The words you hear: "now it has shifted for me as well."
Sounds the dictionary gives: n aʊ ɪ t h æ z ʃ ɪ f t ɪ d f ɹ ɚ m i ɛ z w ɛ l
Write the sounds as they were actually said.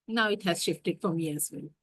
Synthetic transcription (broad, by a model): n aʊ ɪ t h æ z ʃ ɪ f t ɪ d f ɹ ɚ m i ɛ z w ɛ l